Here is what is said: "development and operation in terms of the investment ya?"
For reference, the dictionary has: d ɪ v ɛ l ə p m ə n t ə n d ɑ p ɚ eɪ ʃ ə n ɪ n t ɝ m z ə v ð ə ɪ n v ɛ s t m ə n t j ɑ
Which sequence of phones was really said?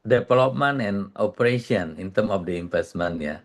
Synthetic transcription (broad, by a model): d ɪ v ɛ l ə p m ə n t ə n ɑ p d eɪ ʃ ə n ɪ n t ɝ m ə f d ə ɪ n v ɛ s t m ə n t j ɑ